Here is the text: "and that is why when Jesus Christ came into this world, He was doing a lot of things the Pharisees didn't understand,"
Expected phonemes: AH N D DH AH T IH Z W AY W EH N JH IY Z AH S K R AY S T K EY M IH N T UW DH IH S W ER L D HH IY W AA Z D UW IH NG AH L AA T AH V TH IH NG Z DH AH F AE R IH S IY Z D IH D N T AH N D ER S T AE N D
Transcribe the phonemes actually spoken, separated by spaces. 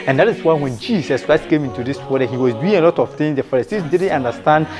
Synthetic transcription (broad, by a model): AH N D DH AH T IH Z W AY W EH N JH IY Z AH S K R AY S T K EY M IH N T UW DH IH S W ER D HH IY W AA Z D UW IH NG AH L AA T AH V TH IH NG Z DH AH F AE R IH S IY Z D IH D N T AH N D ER S T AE N D